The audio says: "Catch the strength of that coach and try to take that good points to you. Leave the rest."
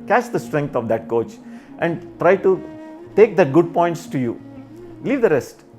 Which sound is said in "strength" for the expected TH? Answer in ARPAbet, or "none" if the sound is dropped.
T